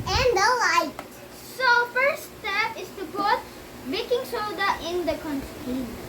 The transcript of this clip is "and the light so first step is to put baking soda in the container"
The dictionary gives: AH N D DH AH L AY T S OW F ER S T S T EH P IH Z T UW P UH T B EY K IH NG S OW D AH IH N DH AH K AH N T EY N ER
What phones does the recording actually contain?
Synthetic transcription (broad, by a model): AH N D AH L AY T S OW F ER T S T EH P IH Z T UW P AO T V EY K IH NG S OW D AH IH N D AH K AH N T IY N